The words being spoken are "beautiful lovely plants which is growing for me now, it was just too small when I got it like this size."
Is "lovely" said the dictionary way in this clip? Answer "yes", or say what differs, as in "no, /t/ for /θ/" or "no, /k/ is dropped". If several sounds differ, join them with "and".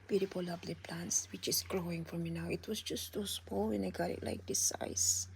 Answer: no, /b/ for /v/